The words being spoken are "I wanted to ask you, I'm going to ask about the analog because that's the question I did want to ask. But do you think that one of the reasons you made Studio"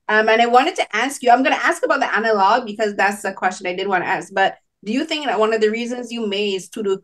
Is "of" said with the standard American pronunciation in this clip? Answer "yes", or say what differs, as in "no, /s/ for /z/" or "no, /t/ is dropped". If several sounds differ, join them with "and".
yes